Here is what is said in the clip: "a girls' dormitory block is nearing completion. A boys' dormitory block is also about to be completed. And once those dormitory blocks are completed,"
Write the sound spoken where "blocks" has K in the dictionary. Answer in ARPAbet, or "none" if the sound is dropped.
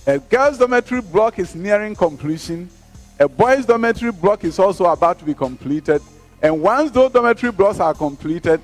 K